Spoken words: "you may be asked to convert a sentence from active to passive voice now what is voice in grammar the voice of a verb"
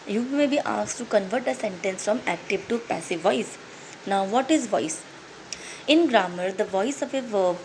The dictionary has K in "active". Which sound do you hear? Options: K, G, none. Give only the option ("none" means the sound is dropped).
K